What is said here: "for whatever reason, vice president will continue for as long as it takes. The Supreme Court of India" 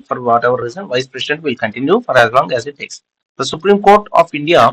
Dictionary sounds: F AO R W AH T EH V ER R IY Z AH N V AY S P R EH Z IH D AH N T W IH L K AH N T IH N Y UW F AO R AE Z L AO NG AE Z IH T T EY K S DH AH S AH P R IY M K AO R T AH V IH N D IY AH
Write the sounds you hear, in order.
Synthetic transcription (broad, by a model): F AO R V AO T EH V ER R IY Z AH N V AY S P R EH S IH D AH N T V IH L K AH N T IH N Y UW F AO R AE Z L AO NG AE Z IH T T EY K S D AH S AH P R IY M K AO R T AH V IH N D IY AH